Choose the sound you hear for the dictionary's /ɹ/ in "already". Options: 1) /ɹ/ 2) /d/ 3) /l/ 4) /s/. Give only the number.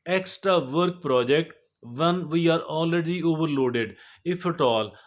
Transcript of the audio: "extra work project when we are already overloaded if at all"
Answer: 3